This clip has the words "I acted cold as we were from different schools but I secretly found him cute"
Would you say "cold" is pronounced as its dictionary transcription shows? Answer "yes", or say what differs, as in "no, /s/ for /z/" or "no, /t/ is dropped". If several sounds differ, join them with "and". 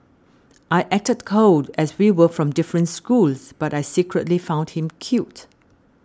no, /l/ is dropped